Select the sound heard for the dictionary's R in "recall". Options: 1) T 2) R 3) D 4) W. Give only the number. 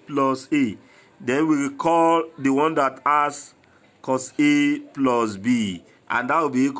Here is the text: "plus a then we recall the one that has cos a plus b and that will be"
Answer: 4